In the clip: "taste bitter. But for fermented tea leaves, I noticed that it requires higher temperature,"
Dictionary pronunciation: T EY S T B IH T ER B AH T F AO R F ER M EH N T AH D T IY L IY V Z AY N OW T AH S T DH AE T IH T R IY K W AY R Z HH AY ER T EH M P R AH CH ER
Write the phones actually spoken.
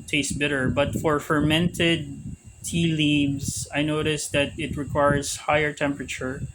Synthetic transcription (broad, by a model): T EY S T B IH T ER B AH T F AO R F ER M EH N T AH D T IY L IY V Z AY N OW T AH S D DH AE T IH T R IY K W AY R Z HH AY ER T EH M P R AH CH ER